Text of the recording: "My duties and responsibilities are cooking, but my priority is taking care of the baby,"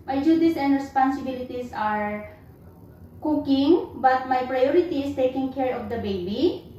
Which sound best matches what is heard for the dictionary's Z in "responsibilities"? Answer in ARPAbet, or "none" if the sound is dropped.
S